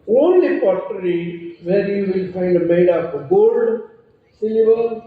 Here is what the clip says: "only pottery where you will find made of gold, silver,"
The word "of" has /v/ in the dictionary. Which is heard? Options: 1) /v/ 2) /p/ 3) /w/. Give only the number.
2